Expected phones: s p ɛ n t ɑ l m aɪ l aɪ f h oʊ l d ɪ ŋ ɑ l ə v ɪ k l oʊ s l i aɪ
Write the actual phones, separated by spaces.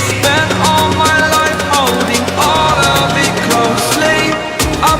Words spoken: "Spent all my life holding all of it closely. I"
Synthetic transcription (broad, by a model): s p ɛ n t ɑ l m aɪ l aɪ f h oʊ l d ɪ ŋ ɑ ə b ɪ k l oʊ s l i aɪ